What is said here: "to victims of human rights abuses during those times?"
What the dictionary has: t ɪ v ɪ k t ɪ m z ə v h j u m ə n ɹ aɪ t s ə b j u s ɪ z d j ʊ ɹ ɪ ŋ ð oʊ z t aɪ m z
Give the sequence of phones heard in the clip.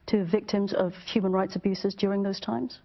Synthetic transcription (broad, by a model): t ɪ v ɪ k t ɪ m z ə v h j u m ə n ɹ aɪ t s ə b j u s ɪ z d j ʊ ɹ ɪ ŋ ð oʊ z t aɪ m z